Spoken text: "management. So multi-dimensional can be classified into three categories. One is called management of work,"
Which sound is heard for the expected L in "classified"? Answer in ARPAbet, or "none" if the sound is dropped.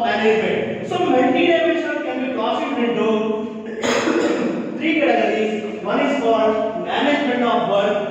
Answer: none